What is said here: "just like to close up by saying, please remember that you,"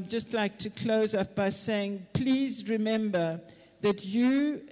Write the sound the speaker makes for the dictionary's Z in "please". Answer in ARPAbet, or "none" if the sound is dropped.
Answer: Z